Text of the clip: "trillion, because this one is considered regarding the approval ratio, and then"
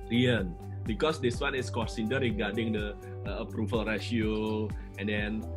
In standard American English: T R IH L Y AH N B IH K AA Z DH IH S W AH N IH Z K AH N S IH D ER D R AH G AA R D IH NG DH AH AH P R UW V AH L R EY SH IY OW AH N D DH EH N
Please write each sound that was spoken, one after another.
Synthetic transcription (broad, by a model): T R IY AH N B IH K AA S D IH S W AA N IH S K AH S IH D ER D R AH G AA R D IH NG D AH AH P R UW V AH L R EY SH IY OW AH N D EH N